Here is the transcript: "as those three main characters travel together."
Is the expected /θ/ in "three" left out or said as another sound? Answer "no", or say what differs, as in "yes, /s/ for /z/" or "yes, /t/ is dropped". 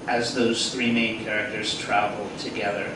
no